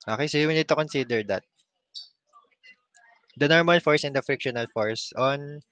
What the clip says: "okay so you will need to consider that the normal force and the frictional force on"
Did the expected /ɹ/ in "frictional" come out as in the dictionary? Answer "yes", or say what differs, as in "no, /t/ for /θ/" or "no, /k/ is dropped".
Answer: yes